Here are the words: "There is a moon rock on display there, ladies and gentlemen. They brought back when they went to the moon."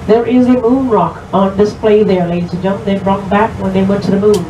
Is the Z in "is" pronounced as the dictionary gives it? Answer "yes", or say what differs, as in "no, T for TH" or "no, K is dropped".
yes